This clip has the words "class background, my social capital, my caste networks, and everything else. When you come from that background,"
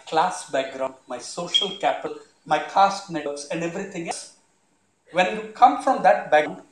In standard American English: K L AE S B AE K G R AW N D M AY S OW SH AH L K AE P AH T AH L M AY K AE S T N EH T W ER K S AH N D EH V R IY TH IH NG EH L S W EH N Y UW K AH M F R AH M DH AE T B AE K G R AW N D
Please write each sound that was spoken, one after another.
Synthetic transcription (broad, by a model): K L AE S B AE K G R AW N D M AY S OW SH AH L K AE P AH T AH L M AY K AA S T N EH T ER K S AH N D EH V R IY T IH NG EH S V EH N Y UW K AH M F R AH M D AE T B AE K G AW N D